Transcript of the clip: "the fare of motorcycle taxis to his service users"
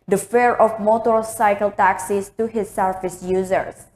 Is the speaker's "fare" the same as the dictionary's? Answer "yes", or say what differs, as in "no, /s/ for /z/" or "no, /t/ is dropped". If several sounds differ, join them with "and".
yes